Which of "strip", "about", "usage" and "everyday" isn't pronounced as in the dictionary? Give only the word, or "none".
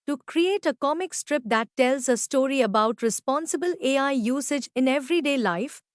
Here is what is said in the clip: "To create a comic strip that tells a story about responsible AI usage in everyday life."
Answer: none